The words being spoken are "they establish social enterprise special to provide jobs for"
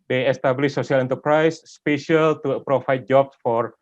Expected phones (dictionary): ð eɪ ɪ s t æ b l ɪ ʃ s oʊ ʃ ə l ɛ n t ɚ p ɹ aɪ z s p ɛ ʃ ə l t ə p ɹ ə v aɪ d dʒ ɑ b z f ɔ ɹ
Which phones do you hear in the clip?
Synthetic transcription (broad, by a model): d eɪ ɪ s t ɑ b l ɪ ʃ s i ə l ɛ n t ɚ p ɹ aɪ s p ɛ ʃ ə l t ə p ɹ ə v aɪ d dʒ ɑ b s f ɔ ɹ